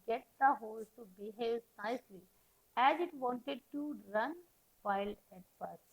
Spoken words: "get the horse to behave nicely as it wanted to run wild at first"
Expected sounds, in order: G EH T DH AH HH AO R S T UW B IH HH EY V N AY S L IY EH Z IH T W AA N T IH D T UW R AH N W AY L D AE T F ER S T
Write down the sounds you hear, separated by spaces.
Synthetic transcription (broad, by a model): G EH T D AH HH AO L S T UW B IH HH EY V N AY S L IY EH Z IH T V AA N T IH D T UW R AH N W AY L AE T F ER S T